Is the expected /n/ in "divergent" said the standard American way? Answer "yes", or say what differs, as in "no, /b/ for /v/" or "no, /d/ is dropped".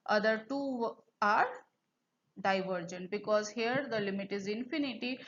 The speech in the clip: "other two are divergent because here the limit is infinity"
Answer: yes